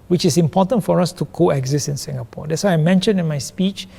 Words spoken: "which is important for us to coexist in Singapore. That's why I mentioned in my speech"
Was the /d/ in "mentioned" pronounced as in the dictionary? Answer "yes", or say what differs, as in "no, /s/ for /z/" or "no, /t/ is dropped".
no, /d/ is dropped